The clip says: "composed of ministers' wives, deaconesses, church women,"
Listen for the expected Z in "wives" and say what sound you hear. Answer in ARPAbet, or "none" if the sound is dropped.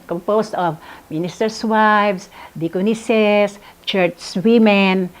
S